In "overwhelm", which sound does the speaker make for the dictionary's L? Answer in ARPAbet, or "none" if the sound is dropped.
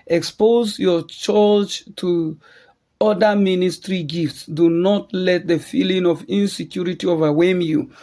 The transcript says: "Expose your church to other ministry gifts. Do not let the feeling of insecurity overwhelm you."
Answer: none